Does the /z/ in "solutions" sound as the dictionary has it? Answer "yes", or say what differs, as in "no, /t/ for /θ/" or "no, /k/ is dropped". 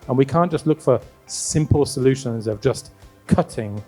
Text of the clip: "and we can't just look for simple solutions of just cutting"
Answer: yes